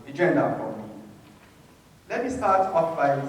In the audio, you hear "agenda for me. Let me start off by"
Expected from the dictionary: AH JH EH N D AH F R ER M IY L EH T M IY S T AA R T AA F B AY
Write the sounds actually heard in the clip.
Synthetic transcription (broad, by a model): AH JH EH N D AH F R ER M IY L EH T M IY S T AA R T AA P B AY